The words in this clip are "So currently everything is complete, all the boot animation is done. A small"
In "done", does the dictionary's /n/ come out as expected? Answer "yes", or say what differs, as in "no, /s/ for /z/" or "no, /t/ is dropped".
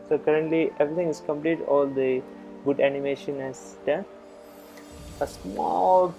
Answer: no, /n/ is dropped